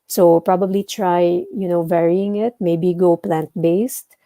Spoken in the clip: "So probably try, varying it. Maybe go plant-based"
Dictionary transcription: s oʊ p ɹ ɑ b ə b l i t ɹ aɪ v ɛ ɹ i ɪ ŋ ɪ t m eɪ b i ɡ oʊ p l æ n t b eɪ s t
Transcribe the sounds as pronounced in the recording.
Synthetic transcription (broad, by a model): s oʊ p ɹ ɑ b ə b l i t ɹ aɪ v ɛ ɹ i ɪ ŋ ɪ t m eɪ b i ɡ oʊ p l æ n t b eɪ s t